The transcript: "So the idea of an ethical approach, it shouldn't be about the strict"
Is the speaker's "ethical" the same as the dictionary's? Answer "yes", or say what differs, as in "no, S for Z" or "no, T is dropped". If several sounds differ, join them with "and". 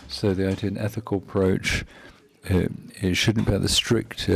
yes